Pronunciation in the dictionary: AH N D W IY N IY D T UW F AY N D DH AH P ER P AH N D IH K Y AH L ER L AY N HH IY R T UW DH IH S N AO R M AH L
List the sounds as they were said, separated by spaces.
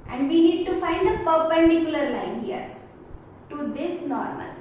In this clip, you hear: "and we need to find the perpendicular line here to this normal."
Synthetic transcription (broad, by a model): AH N D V IY N IY D T UW F AY N D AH P ER P AH N D IH K Y AH L ER L AY N HH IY R T UW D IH S N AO R M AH L